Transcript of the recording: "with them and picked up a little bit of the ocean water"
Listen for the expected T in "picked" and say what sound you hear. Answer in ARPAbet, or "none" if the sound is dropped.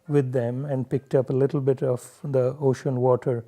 T